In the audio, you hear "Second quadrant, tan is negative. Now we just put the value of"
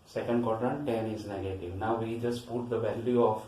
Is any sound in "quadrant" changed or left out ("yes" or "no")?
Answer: yes